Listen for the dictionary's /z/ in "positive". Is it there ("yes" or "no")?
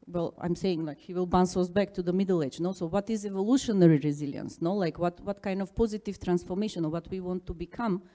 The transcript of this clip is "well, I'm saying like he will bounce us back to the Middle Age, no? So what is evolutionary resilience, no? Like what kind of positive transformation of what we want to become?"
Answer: yes